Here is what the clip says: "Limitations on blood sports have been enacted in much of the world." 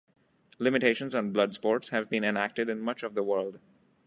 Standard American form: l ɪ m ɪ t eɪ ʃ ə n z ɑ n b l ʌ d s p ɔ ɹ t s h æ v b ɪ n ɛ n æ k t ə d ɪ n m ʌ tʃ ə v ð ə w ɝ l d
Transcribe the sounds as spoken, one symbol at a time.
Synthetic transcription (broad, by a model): l ɪ m ɪ t eɪ ʃ ə n z ɑ n b l ʌ d s p ɔ ɹ t s h æ v b ɪ n ɛ n æ k t ə d ɪ n m ʌ tʃ ə v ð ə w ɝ l d